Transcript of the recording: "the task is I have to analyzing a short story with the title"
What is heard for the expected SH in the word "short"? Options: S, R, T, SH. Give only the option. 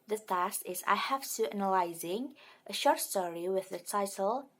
SH